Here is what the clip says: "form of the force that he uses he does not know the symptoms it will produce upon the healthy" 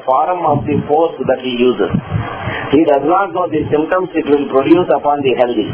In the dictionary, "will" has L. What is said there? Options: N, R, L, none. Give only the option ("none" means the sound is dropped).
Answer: N